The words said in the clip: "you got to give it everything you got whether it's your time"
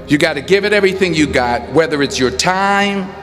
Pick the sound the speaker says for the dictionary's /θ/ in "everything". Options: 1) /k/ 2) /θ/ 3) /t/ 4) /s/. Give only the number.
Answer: 2